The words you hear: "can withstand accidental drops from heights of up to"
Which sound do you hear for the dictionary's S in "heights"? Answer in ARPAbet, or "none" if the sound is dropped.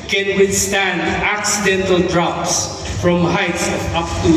S